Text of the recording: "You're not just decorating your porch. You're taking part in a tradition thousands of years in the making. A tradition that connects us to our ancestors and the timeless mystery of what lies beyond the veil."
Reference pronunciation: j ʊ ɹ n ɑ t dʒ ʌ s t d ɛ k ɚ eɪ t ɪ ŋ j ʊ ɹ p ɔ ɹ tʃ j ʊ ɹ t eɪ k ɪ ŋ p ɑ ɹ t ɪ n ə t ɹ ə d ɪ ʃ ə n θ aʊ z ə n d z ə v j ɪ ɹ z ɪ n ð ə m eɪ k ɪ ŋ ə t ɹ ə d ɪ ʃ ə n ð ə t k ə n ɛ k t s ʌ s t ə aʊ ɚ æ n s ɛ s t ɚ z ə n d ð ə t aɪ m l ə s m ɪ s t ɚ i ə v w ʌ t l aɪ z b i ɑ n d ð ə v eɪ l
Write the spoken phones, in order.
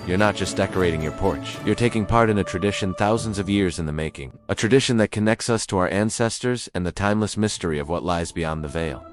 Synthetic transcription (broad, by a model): j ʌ ɹ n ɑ t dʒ ʌ s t d ɛ k ɚ eɪ t ɪ ŋ j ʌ ɹ p ɔ ɹ tʃ j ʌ ɹ t eɪ k ɪ ŋ p ɑ ɹ t ɪ n ə t ɹ ə d ɪ ʃ ə n θ aʊ z ə n d z ə v j ɪ ɹ z ɪ n ð ə m eɪ k ɪ ŋ ə t ɹ ə d ɪ ʃ ə n ð ə t k ə n ɛ k t s ʌ s t ə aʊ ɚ æ n s ɛ s t ɚ z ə n ð ə t aɪ m l ə s m ɪ s t ɚ i ə v w ʌ t l aɪ z b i ɑ n ð ə v eɪ l